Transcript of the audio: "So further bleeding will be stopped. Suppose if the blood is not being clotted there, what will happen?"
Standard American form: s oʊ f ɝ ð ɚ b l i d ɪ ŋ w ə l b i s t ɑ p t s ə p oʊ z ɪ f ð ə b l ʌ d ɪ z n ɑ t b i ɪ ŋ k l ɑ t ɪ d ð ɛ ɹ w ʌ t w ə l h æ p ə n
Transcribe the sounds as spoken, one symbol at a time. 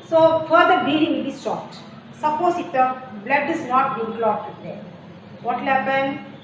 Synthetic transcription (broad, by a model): s oʊ f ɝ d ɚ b i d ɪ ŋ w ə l b i s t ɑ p t s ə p oʊ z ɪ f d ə b l ʌ d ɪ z n ɑ t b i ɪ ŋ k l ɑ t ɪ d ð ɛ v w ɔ t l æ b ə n